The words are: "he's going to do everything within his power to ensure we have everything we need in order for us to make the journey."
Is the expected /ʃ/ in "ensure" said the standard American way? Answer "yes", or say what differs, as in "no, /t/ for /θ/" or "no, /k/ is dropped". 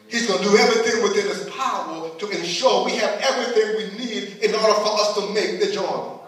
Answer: yes